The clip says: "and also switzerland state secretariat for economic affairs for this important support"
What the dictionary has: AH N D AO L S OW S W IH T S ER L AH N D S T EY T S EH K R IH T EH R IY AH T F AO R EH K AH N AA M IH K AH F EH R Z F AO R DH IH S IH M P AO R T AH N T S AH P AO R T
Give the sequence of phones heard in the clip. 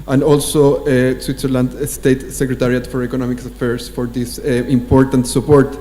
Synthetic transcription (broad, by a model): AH N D AO L S OW S W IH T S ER L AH N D S T EY T S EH K R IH T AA R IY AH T F AO R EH K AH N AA M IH K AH F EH R S F AO R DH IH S IH M P AO R T AH N T S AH P AO R T